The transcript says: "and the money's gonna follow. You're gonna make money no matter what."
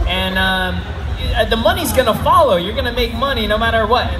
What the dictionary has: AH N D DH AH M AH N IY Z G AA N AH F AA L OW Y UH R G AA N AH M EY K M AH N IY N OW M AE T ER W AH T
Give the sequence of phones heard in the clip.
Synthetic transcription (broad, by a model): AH N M DH AH M AH N IY Z G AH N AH F AA L OW Y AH R G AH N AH M EY K M AH N IY N OW M AE T ER W AH T